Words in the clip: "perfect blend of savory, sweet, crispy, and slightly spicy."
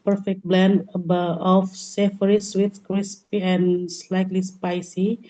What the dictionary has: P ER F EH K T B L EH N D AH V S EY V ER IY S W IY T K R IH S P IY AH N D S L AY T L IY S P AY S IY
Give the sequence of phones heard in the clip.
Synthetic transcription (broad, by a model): P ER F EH K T B L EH N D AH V S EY F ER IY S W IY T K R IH S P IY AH N S L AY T L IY S P AY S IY